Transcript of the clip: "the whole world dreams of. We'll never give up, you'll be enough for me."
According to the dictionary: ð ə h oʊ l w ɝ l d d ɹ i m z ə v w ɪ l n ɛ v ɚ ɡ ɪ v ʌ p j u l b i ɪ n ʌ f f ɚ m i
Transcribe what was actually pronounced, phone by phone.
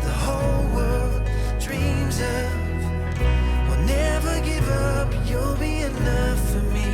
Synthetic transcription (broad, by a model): ð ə h oʊ l w ɝ l d d ɹ i m z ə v w ɪ l n ɛ v ɚ ɡ ɪ v ʌ p j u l b i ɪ n ʌ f f ɚ m i